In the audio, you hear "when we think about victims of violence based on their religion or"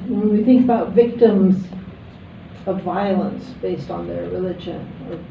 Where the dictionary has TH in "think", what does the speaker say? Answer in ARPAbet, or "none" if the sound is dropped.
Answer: TH